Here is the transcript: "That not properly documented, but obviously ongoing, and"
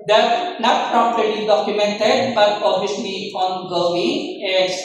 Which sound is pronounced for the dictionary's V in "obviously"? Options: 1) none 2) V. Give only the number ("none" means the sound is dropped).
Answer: 1